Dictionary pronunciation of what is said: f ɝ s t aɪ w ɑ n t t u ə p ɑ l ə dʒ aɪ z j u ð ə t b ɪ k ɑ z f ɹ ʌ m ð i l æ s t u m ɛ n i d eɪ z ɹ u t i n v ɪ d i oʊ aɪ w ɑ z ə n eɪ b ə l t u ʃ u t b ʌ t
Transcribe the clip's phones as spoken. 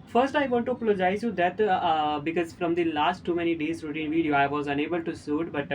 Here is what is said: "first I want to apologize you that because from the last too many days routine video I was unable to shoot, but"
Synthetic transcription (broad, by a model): f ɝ s t aɪ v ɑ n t t u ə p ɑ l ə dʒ aɪ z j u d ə t b ɪ k ɑ z f ɹ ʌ m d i l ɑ s t u m ɛ n i d eɪ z ɹ u t i n v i d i oʊ aɪ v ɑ z ə n eɪ b ə l t u s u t b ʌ t